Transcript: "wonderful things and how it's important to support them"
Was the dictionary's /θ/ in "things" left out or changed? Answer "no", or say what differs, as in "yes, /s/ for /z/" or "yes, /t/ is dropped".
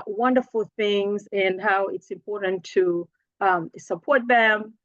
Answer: no